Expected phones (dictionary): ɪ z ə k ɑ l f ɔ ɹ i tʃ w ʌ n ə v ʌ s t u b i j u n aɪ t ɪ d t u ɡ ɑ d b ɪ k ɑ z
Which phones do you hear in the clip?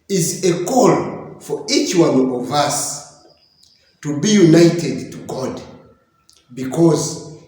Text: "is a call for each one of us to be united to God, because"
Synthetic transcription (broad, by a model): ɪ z ə k ɑ l f ɔ ɹ i tʃ w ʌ n ə v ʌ s t u b i j u n aɪ t ɪ d t u ɡ ɑ d b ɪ k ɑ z